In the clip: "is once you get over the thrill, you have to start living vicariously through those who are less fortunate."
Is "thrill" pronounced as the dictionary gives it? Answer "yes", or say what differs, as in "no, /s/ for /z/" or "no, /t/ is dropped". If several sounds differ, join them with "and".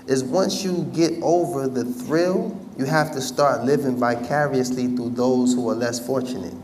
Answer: yes